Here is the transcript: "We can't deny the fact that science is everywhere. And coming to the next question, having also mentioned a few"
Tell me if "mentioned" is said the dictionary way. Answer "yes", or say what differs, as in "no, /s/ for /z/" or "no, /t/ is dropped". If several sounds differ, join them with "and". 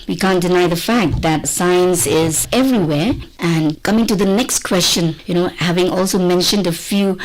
yes